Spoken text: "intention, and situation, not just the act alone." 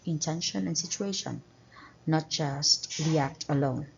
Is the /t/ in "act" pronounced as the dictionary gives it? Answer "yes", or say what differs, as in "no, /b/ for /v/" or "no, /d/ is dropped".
yes